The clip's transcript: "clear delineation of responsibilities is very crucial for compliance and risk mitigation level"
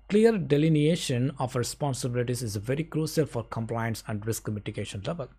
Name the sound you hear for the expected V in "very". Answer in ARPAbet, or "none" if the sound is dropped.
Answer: V